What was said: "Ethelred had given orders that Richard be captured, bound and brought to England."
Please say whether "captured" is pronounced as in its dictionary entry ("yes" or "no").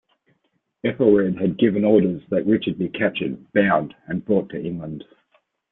no